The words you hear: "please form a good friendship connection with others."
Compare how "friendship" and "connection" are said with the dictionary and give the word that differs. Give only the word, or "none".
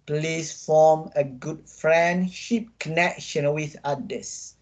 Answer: none